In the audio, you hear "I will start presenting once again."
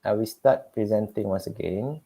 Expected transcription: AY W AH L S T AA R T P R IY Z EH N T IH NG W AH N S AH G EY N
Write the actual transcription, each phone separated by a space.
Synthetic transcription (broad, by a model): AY W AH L S T AA T P R IY Z EH N T IH NG W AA N S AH G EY N